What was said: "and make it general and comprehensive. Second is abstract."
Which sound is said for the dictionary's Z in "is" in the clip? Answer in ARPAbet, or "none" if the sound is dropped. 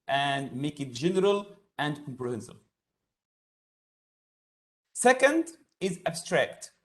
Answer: Z